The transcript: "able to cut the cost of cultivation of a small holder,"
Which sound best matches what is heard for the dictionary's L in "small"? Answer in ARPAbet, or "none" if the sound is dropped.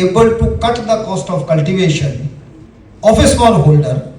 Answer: N